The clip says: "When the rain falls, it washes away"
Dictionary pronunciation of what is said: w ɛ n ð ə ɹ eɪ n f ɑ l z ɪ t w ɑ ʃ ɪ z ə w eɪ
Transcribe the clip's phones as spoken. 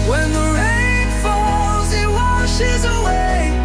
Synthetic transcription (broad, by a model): w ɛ n ð ə ɹ eɪ n f ɑ l z ɪ t w ɑ ʃ ɪ z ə w eɪ